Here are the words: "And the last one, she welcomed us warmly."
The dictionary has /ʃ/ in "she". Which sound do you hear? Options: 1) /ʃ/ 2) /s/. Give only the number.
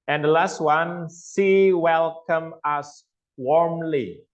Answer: 2